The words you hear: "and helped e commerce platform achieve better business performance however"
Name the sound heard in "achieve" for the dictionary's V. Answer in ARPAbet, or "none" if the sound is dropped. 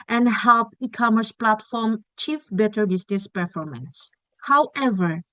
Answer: F